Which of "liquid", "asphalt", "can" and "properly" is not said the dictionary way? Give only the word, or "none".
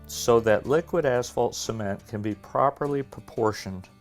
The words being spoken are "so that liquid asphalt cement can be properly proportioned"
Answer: none